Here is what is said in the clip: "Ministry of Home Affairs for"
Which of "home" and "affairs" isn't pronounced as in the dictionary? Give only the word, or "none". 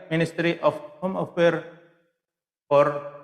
affairs